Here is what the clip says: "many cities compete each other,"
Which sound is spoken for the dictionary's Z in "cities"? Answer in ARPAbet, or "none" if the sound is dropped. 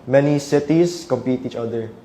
S